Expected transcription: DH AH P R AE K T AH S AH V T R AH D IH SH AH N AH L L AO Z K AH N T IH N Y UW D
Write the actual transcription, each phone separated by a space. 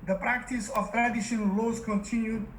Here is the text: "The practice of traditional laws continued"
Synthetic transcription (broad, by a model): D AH P R AE K T AH S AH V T R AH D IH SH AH N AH L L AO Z K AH N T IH N Y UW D